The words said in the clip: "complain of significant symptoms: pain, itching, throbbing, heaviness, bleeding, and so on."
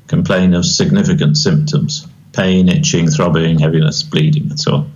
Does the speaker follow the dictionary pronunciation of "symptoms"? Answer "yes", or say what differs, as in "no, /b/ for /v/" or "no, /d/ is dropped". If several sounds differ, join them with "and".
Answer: yes